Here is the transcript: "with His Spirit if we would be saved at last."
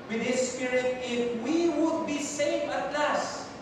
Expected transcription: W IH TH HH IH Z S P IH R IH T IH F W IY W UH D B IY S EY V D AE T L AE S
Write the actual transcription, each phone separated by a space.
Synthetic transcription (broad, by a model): W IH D HH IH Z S P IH R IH T IH F W IY W UH D B IY S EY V AA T L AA S